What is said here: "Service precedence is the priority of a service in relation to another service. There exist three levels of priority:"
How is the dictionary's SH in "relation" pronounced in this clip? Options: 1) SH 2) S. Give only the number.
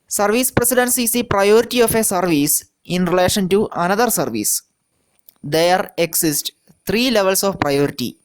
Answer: 1